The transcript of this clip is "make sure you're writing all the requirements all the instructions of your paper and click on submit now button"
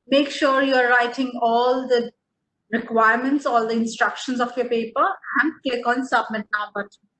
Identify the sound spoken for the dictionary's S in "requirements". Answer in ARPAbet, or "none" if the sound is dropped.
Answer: S